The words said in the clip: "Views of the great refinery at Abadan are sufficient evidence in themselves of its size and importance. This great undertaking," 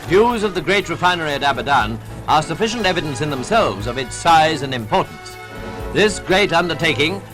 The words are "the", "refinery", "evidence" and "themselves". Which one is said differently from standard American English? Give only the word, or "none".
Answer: none